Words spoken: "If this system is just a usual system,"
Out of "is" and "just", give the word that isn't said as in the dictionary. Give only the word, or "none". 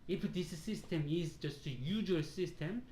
none